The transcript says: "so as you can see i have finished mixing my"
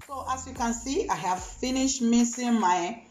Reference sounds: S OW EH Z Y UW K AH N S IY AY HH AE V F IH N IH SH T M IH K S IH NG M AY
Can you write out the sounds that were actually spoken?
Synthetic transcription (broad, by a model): S OW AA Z Y UW K AH N S IY AY HH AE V F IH N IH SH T M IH S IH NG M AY